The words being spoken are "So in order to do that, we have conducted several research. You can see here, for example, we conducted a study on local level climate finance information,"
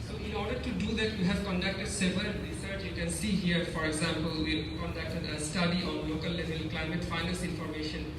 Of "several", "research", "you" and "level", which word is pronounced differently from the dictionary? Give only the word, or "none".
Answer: several